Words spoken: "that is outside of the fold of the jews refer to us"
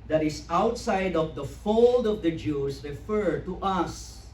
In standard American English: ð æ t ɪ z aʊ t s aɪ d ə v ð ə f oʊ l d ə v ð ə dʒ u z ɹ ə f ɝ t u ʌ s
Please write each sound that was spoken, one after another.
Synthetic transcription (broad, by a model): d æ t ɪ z aʊ t s aɪ d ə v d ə f oʊ l d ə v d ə dʒ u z ɹ ə f ɝ t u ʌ s